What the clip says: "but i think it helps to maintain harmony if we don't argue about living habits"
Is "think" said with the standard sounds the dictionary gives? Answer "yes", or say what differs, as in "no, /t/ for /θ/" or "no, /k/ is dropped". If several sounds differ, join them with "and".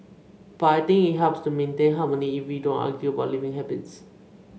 no, /t/ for /θ/ and /k/ is dropped